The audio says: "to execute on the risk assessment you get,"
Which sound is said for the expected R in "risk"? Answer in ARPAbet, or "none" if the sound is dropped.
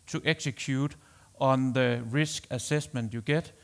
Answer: R